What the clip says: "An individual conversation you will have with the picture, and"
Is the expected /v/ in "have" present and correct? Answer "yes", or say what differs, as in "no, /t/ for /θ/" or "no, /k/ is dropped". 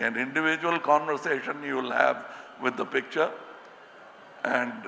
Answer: yes